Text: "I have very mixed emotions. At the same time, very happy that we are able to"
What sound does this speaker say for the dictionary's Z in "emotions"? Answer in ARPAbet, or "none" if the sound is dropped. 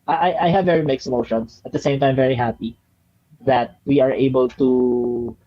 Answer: S